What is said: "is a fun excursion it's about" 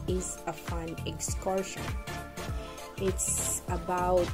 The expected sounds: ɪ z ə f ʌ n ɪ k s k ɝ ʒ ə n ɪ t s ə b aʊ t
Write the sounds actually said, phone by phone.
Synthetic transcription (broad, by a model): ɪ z ə f ʌ n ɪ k s k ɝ ʃ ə n ɪ t s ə b aʊ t